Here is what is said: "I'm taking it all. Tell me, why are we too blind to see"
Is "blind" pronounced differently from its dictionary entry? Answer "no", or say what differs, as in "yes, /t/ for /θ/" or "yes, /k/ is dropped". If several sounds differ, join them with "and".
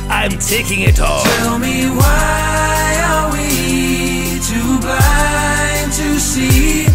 yes, /l/ is dropped